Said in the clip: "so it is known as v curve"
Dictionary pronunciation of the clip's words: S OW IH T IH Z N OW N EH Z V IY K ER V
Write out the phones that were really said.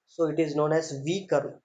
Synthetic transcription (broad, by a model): S OW IH T IH Z N OW N EH Z V IY K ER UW